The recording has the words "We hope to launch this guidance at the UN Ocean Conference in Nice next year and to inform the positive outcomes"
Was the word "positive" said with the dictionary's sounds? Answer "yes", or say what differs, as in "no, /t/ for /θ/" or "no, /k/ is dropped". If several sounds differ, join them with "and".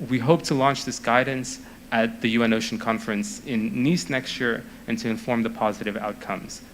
yes